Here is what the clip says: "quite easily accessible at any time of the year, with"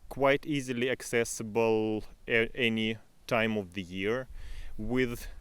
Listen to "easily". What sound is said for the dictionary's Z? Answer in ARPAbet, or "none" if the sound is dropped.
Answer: Z